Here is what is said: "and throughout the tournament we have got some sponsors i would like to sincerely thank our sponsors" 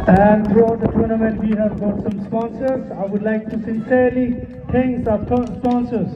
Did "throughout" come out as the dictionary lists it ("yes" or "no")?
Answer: no